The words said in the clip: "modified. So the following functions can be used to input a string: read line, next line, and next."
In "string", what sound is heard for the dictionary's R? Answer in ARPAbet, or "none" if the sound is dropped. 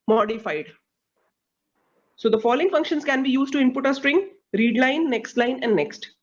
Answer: R